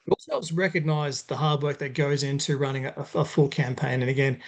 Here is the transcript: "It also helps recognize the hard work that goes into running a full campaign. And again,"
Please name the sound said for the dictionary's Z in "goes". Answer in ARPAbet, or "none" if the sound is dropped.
Z